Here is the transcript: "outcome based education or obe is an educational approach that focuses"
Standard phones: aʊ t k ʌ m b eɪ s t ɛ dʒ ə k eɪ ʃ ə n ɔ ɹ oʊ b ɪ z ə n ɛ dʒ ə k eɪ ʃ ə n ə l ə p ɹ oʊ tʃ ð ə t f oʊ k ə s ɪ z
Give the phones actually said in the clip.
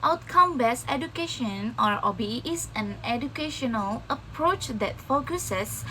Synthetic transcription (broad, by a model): aʊ t k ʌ m b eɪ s ɛ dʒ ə k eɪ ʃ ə n ɔ ɹ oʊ b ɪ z ə n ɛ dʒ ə k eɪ ʃ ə n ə l ə p ɹ oʊ tʃ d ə t f oʊ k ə s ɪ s